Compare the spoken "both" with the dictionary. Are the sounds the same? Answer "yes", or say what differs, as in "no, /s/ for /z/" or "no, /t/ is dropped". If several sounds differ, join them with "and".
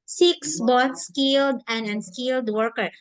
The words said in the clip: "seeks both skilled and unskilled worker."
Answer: no, /t/ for /θ/